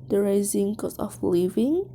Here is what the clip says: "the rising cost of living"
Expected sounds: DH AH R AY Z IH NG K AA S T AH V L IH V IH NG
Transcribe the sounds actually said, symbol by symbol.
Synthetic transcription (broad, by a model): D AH R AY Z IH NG K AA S AH F L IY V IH NG